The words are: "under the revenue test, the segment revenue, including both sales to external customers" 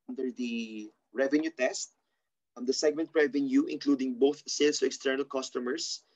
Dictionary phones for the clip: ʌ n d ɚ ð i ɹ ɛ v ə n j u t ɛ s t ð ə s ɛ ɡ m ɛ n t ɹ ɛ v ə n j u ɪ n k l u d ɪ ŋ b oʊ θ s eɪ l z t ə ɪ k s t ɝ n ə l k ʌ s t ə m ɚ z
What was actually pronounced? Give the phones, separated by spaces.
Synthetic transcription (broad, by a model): n d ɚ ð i ɹ ɛ v ə n j u t ɛ s t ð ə s ɛ ɡ m ɛ n t ɹ ɛ v ə n j u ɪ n k l u d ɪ ŋ b oʊ θ s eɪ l s t ə ɪ k s t ɝ n ə l k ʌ s t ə m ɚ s